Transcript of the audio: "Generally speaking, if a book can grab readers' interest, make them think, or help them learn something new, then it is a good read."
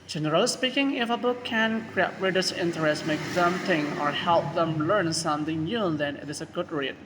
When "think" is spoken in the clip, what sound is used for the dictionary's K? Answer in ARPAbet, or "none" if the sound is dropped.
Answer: none